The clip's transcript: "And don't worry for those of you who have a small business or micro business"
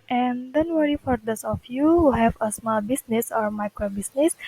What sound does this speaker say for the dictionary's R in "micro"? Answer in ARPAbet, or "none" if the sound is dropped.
R